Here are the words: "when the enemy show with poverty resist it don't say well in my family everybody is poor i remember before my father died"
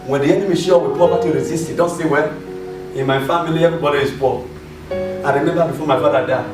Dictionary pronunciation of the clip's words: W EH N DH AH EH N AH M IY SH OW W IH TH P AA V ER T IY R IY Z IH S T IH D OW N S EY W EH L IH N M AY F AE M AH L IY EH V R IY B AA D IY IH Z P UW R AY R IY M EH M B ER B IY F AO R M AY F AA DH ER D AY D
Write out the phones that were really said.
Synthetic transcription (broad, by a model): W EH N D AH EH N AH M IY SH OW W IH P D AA P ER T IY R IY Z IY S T IH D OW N S EY W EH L IH N M AY F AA M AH L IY EH V R IY B AA D IY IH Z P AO L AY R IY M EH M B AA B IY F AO M AY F AA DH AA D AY